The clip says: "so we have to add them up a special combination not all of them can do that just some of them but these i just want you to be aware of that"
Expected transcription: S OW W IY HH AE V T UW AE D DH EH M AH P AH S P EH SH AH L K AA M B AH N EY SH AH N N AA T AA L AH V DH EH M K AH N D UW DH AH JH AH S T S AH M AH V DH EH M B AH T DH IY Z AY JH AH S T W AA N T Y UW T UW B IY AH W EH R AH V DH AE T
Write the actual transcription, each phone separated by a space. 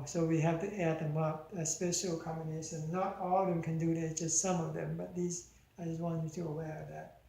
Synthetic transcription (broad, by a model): S OW W IY HH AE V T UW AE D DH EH M AH P AH S P EH SH AH L K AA M B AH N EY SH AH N N AA T AA L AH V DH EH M K AH N D UW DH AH JH AH S T S AH M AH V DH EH M B AH T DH IY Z AY JH AH S T W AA N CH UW T UW AH W EH R AH V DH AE T